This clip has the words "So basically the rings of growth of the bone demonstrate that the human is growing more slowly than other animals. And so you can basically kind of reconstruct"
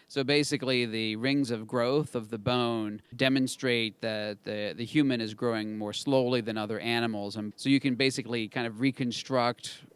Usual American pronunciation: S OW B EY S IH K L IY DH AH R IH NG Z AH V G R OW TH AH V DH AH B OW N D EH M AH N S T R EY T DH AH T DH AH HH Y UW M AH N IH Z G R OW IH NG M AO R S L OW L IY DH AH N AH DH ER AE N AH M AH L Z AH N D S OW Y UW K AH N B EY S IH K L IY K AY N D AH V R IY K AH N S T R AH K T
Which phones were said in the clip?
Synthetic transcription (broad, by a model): S OW B EY S IH K L IY DH AH R IH NG Z AH V G R OW TH AH V DH AH B OW N D EH M AH N S T R EY T DH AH T DH AH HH Y UW M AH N IH Z G R OW IH NG M AO R S L OW L IY DH AH N AH DH ER AE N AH M L Z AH N S OW Y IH K AH N B EY S IH K L IY K AY N D AH V R IY K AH N S T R AH K T